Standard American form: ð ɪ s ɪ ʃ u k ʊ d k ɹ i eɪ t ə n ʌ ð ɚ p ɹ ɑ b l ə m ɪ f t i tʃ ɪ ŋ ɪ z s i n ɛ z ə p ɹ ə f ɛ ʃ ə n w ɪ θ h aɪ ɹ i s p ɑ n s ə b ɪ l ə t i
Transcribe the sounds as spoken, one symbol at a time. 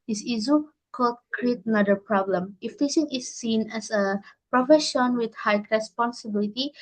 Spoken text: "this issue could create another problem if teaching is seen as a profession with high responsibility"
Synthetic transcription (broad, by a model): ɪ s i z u k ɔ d k ɹ i eɪ t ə n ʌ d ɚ p ɹ ɑ b l ə m ɪ f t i s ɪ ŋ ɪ s i n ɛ s ə p ɹ ə f ɛ ʃ ə n w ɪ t h aɪ ɹ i s p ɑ n s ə b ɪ l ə t i